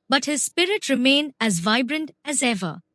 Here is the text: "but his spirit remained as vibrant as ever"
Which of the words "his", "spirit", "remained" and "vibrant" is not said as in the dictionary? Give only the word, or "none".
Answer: remained